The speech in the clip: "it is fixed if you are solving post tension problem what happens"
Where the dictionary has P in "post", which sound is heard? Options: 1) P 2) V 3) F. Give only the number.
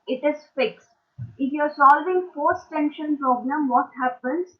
3